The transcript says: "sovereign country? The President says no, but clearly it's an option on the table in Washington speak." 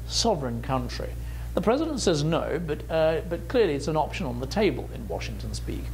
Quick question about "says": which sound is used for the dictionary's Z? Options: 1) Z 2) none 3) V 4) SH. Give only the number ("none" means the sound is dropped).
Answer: 1